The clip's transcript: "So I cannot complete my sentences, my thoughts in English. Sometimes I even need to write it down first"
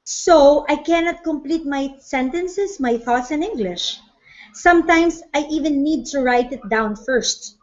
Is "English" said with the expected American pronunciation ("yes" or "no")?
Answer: yes